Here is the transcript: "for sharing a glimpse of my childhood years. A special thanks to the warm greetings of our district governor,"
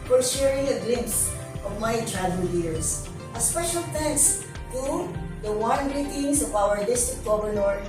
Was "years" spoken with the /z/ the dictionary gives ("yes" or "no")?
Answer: no